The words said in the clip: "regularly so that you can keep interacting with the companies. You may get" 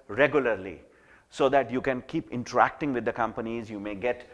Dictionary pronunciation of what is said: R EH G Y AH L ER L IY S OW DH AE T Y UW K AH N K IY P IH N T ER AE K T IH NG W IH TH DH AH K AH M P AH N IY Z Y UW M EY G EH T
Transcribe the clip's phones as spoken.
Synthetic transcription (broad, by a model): R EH G Y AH L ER L IY S OW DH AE T Y UW K AH N K IY P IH N T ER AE K T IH NG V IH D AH K AH M P AH N IY Z Y UW M EY G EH T